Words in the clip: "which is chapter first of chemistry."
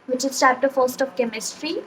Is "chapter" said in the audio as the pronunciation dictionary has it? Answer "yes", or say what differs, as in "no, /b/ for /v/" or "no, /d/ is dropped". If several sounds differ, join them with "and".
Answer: no, /s/ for /tʃ/